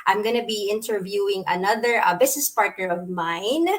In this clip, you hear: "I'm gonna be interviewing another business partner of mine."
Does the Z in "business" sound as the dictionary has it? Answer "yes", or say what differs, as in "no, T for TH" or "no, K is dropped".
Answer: no, S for Z